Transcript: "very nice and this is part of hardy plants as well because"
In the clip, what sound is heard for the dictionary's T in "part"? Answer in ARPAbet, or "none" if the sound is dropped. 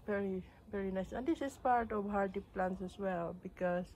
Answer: T